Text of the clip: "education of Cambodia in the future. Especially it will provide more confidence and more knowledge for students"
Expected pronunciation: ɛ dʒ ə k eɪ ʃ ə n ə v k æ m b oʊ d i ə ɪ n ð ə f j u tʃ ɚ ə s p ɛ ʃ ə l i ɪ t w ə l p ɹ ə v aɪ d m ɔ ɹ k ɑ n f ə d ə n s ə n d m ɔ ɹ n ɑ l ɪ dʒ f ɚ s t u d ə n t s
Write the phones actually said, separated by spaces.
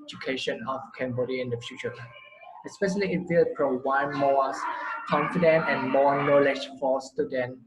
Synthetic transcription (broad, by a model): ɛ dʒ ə k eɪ ʃ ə n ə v k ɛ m b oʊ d i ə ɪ n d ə f j u tʃ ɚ ə s p ɛ ʃ ə l i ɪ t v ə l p ɹ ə w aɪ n m ɔ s k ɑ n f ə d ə n ə n m ɔ n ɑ l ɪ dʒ f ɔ s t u d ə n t